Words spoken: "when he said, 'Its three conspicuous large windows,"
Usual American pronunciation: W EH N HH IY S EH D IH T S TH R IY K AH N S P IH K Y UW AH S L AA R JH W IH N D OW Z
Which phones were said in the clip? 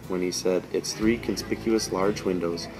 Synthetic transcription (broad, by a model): W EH N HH IY S EH D IH T S TH R IY K AH N S P IH K Y UW AH S L AA R JH W IH N D OW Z